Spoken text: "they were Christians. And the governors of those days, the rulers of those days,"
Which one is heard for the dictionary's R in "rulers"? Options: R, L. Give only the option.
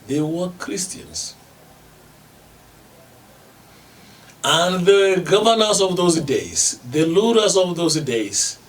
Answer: L